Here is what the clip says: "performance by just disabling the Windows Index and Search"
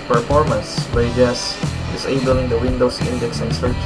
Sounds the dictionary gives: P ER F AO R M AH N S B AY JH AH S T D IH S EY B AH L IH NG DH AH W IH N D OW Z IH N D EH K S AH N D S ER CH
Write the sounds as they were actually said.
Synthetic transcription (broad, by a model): P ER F AO R M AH N S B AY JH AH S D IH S EY B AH L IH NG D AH W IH N D OW S IH N D EH K S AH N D S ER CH